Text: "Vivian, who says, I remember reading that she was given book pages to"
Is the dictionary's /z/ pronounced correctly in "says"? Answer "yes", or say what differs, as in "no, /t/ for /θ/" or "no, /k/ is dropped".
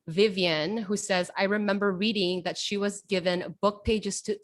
yes